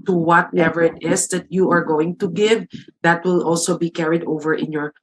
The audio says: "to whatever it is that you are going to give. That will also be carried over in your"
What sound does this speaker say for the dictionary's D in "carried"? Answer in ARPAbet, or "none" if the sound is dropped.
D